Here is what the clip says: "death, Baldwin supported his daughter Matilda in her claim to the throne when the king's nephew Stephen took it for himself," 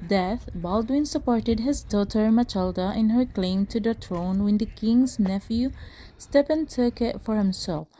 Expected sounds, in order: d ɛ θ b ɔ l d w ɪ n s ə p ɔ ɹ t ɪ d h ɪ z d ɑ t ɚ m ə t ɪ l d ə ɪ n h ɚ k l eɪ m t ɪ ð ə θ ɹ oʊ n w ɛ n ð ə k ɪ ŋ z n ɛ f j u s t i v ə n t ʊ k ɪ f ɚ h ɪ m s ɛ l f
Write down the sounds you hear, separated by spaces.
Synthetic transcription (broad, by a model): d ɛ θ b ɔ l d w ɪ n s ə p ɔ ɹ t ɪ d h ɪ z d ɑ t ɚ m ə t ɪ l d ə ɪ n h ɚ k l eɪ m t ɪ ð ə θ ɹ oʊ n w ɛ n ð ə k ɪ ŋ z n ɛ f j u s t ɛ p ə n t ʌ k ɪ f ɚ h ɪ m s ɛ l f